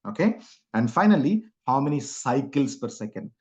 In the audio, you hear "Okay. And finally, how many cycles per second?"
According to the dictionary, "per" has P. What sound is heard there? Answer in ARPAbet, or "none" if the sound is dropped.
P